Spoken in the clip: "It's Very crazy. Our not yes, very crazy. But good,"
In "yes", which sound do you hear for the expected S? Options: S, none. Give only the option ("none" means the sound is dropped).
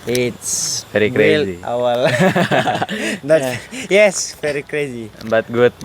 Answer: S